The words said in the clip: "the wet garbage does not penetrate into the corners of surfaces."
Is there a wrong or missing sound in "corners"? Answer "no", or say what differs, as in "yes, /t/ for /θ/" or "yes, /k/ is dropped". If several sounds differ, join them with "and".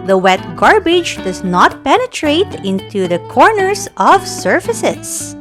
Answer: yes, /s/ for /z/